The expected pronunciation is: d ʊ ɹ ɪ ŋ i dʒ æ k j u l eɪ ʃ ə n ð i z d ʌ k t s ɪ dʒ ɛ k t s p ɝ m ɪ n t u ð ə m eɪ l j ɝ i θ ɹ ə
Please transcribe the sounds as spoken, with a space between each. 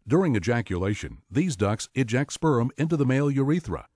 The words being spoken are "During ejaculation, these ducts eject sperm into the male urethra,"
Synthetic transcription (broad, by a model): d ʊ ɹ ɪ ŋ i dʒ æ k j u l eɪ ʃ ə n ð i z d ʌ k s ɪ dʒ ɛ k t s p ɝ m ɪ n t u ð ə m eɪ l j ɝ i θ ɹ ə